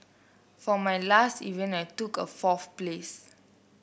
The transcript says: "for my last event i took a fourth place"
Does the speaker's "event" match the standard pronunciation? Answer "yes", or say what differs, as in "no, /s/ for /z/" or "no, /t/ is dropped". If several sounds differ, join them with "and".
no, /t/ is dropped